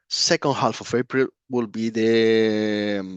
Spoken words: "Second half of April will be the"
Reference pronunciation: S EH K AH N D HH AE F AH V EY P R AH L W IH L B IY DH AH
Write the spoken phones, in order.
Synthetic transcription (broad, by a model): S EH K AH N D HH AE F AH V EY B R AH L W IH L B IY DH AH